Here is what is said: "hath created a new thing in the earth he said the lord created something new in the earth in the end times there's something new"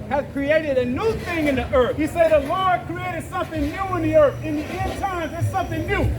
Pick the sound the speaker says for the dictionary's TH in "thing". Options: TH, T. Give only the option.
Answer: TH